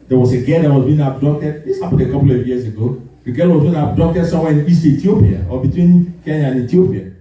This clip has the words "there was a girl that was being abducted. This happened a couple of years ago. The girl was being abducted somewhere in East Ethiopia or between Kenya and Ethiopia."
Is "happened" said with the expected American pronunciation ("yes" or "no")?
no